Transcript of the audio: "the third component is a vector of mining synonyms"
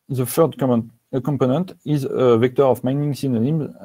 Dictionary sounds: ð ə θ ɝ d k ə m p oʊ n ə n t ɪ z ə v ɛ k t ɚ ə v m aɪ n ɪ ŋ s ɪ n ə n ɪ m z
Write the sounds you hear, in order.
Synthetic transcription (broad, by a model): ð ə f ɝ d k ə m p oʊ n ə n t ɪ z ə v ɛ k t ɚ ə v m aɪ n ɪ ŋ s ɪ n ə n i m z